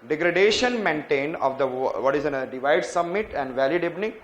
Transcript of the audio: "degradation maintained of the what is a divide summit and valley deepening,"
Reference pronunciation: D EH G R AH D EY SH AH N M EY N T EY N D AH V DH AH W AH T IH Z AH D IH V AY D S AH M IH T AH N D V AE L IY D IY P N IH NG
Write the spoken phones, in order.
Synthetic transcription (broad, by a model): D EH G R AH D EY SH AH N M EY N T EY N D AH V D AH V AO T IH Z AH D IH V AY D S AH M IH T AH N D V AE L IY D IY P N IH